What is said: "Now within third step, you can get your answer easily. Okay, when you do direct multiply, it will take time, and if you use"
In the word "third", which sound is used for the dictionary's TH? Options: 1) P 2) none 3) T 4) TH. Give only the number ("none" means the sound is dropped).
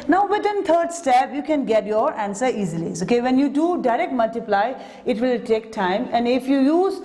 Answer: 3